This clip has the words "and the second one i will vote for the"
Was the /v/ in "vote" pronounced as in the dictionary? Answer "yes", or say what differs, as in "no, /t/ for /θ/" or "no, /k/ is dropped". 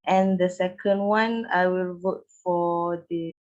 yes